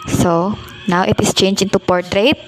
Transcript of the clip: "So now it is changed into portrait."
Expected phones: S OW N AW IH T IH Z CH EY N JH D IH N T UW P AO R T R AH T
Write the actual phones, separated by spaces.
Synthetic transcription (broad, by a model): S OW N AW IH T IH S CH EY N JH IH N T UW P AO R T R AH T